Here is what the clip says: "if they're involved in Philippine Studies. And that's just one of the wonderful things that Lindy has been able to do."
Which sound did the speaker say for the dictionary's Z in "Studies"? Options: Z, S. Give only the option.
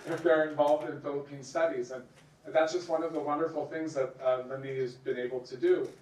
Z